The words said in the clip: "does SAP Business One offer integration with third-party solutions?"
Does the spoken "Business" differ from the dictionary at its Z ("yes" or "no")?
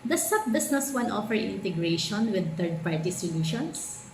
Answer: yes